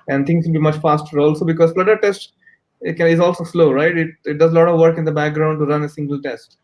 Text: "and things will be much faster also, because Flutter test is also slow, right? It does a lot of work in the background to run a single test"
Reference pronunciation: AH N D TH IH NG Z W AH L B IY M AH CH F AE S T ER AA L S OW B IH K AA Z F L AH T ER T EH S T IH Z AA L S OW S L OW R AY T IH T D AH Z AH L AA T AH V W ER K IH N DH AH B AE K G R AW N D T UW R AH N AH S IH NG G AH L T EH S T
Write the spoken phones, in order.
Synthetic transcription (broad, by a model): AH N D T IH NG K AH B IY M AH CH F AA S T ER AA L S OW B IH K AA Z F L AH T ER T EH S T IH Z AA L S OW S L OW R AY T IH T D AH Z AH L AA T AH V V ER K IH N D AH B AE K G R AW N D T UW R AH N AH S IH NG G AH L T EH S T